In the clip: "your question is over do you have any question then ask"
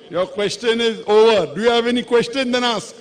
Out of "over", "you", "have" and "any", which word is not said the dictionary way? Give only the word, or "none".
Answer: none